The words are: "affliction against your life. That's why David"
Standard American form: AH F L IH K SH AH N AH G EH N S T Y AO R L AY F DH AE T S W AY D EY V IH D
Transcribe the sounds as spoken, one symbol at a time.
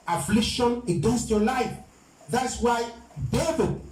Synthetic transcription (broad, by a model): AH F L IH K SH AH N AH G EH N S T Y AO L AY F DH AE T S W AY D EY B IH